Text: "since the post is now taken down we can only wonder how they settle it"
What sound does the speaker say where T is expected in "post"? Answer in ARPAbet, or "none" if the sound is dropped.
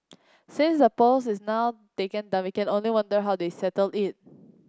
none